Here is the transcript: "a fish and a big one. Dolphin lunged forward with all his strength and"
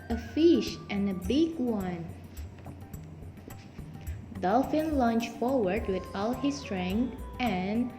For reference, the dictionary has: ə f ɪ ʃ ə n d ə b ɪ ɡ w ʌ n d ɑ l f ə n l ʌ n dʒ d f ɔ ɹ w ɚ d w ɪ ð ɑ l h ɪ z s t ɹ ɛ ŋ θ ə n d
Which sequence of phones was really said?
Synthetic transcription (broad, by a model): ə f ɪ ʃ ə n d ə b ɪ ɡ w ʌ n d ɑ l f ə n l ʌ n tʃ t f ɔ ɹ w ɚ d w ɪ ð ɑ l h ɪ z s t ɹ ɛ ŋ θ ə n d